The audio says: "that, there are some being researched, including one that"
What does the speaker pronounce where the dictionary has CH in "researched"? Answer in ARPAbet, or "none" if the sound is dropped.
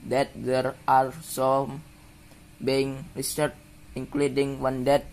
none